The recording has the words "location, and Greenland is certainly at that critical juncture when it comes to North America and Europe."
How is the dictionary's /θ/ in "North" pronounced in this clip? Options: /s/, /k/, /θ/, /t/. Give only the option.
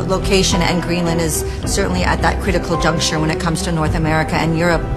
/θ/